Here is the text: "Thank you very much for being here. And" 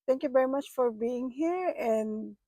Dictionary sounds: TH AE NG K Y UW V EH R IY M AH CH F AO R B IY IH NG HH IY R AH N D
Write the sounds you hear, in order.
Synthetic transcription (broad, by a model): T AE NG K Y UW V EH R IY M AH CH F AO R B IY IH NG HH IY R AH N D